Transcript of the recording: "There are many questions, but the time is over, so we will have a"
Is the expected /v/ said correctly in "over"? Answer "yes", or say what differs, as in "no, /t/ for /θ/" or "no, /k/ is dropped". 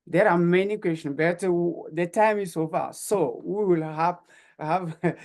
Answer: no, /f/ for /v/